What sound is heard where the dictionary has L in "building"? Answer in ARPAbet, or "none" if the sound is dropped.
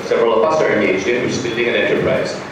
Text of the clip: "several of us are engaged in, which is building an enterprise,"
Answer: N